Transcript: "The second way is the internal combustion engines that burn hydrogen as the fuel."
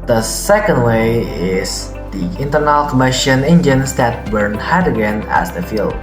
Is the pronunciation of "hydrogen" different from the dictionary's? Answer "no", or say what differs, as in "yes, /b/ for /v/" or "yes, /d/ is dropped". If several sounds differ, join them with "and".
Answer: yes, /ɹ/ is dropped